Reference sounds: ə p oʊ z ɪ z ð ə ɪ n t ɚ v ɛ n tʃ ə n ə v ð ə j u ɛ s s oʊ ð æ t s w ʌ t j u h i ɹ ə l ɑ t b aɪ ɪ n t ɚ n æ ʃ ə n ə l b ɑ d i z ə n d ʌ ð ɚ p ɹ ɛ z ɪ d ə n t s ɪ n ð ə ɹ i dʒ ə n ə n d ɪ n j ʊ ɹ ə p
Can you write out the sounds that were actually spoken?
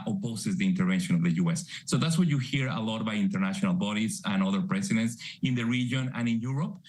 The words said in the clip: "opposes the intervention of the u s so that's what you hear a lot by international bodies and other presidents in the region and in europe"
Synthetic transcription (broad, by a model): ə p oʊ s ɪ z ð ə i n t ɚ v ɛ n ʃ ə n ə v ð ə j u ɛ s s oʊ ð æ t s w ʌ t j u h i ɹ ə l ɑ t b aɪ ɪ n t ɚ n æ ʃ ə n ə l b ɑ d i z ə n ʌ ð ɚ p ɹ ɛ s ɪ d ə n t s ɪ n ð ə ɹ i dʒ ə n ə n ɪ n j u ɹ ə p